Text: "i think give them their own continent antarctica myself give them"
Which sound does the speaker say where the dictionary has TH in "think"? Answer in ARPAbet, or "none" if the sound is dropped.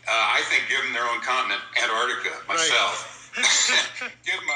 TH